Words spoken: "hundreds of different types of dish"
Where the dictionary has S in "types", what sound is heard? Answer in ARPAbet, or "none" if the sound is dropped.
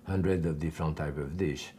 none